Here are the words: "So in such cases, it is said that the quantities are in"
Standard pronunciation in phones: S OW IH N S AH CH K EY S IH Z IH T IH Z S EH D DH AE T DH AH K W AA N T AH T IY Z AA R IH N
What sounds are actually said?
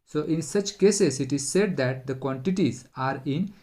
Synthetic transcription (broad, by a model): S OW IH N S AH CH K EY S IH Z IH T IH Z S EH D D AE T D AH K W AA N T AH T IY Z AA R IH N